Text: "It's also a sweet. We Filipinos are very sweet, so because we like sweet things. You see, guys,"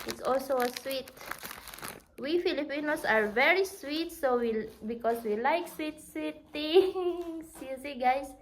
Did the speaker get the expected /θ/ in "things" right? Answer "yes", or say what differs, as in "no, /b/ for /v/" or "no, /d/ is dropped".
no, /t/ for /θ/